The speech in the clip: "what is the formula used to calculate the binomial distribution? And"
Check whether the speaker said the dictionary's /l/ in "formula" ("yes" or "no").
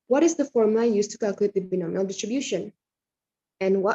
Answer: no